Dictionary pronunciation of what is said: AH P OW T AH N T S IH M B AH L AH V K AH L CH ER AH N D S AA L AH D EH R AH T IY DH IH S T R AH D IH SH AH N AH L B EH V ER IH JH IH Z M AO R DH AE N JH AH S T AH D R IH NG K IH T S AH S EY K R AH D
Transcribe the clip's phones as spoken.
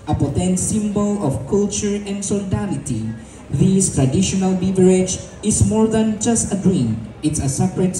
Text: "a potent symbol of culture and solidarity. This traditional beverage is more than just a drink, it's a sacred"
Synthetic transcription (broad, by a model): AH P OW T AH N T S IH M B AH L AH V K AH L CH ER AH N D S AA L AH D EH L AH T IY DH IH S T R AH D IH SH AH N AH L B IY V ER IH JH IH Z M AO R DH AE N JH AH S T AH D R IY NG IH T S AH S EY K R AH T